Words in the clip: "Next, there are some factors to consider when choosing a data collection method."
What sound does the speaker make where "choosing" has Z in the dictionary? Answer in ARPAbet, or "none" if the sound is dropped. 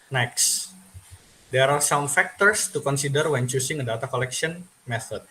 S